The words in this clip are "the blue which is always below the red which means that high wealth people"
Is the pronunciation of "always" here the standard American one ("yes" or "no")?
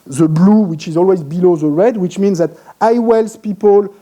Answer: yes